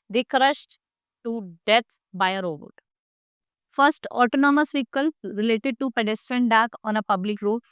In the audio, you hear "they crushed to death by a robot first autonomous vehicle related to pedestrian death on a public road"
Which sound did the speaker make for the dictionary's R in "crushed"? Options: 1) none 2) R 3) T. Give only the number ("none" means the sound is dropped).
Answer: 2